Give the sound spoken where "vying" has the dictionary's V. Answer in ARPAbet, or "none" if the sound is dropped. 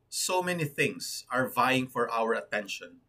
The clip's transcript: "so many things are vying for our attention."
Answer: V